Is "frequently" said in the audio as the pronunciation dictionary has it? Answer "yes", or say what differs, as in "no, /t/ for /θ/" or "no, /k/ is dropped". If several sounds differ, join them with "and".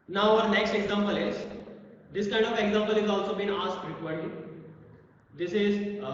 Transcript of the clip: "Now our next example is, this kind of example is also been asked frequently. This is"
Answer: no, /l/ is dropped